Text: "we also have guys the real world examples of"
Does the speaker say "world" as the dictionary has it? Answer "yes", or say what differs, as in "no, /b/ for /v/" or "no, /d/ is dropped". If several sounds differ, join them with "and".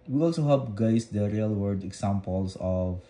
no, /l/ is dropped